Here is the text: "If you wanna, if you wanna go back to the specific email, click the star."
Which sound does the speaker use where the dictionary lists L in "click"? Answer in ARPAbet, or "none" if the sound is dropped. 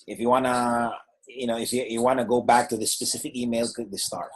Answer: none